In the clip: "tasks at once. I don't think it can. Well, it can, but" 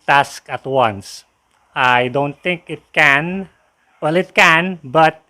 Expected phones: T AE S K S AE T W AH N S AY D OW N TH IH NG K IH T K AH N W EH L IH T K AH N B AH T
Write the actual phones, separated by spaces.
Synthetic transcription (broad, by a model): T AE S K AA T W AH N S AY D OW N T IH NG K IH T K AH N W EH L IH T K AH N B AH T